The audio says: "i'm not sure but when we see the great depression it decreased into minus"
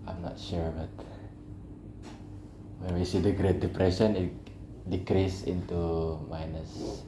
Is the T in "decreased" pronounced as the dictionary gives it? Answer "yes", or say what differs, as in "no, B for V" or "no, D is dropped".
no, T is dropped